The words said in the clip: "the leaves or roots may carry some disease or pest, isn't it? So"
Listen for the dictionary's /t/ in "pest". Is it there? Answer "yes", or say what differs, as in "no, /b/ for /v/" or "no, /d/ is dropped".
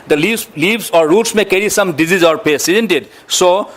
no, /t/ is dropped